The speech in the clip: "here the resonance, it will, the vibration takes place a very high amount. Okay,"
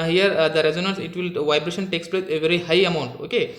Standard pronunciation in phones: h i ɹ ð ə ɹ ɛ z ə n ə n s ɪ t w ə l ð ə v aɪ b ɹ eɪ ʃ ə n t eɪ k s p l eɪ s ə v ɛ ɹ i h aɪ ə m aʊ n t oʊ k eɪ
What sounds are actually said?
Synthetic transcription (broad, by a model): h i ɹ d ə ɹ ɛ z ə n ə n s ɪ t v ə l v aɪ b ɹ eɪ ʃ ə n t eɪ k s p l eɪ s ə v ɛ ɹ i h aɪ ə m aʊ n t oʊ k eɪ